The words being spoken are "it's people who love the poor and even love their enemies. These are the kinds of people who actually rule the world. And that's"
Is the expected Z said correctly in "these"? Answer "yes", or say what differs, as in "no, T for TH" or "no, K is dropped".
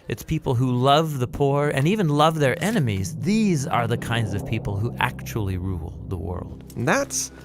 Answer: yes